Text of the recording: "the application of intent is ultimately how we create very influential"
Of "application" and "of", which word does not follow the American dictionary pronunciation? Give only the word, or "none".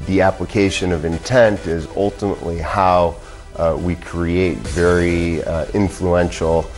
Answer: none